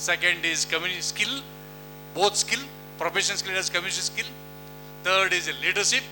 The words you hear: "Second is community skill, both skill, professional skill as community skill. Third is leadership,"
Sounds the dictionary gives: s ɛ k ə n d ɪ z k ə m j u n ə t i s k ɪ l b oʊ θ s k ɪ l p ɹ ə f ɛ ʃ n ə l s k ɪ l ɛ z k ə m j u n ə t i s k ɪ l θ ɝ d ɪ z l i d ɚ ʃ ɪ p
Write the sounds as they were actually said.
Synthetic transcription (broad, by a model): s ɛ k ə n d ɪ z k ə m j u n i s k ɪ l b oʊ t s k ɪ l p ɹ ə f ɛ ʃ ə n s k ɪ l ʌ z k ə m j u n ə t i s k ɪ l t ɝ d ɪ z l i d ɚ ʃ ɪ p